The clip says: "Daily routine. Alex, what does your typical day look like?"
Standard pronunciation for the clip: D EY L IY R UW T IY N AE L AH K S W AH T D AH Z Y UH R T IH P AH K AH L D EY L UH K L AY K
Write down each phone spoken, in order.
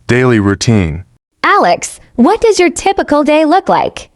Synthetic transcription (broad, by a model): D EY L IY R UW T IY N AE L AH K S W AH T D AH Z Y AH R T IH P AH K L D EY L UH K L AY K